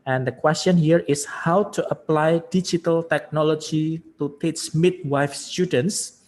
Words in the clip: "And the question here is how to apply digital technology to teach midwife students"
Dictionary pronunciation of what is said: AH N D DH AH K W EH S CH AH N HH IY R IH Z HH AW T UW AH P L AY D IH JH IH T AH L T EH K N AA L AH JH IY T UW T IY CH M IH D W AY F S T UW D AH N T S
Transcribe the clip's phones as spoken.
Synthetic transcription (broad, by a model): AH N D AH K W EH S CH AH N HH IY R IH S HH AW T UW AH P L AY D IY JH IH T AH L T EH K N AA L AH JH IY T UW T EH S M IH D W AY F S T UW D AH N T S